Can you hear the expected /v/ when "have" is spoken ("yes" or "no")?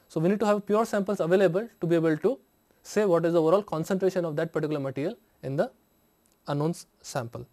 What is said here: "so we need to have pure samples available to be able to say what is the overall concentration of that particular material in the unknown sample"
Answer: yes